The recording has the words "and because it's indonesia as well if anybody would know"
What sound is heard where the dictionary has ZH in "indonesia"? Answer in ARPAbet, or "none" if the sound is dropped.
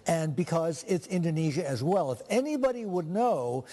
ZH